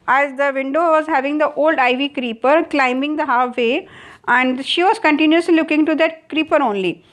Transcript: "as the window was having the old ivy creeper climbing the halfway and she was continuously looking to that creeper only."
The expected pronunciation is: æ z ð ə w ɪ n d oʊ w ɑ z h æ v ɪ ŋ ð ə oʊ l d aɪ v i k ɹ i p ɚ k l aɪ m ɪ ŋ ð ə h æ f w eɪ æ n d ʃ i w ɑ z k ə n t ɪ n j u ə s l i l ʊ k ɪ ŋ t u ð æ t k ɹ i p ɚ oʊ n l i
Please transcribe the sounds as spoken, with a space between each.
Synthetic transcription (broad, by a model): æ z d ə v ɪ n d oʊ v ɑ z h æ v ɪ ŋ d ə oʊ l d aɪ v i k ɹ i p ɚ k l aɪ m ɪ ŋ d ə h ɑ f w eɪ æ n d ʃ i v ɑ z k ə n t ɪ n j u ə s l i l ʊ k ɪ ŋ t u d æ t k ɹ i p ɚ oʊ n l i